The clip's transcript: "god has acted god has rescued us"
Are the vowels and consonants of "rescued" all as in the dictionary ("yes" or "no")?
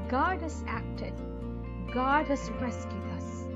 no